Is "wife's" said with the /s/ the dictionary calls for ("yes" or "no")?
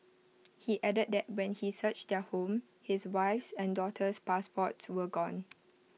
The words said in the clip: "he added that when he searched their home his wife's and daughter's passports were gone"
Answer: yes